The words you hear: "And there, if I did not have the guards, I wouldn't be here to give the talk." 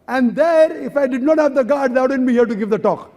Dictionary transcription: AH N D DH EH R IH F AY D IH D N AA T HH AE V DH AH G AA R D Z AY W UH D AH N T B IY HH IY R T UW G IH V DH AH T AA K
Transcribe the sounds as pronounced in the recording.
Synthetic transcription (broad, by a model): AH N D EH R IH F AY D IH D N AA T HH AE V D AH G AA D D AY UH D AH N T B IY HH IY R T UW G IH V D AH T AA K